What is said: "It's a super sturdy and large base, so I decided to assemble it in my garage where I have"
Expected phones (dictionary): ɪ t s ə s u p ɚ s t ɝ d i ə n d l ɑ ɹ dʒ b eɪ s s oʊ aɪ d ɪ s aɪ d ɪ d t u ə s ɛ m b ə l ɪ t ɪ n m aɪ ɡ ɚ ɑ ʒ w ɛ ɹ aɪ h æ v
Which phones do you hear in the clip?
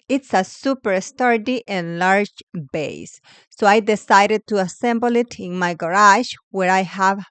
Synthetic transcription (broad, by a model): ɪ t s ə s u p ɚ s t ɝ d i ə n l ɑ ɹ dʒ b eɪ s s oʊ aɪ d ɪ s aɪ d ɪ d t u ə s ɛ m b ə l ɪ t ɪ n m aɪ ɡ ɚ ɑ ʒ w ɛ ɹ aɪ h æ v